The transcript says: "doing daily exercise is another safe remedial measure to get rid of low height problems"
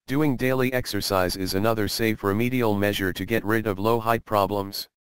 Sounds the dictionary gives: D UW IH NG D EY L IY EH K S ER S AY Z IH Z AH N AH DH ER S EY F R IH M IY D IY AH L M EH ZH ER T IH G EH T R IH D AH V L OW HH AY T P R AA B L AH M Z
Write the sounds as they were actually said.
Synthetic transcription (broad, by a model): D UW IH NG D EY L IY EH K S ER S AY Z IH Z AH N AH DH ER S EY F R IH M IY D IY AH L M EH ZH ER T IH G EH T R IH D AH V L OW HH AY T P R AA B L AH M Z